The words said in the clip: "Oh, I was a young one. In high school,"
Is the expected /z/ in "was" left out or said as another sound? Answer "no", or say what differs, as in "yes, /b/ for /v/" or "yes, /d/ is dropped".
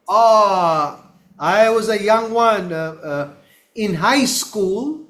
no